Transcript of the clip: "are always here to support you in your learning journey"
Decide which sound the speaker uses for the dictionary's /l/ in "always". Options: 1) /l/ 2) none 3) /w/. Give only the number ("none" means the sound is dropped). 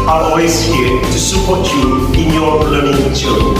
2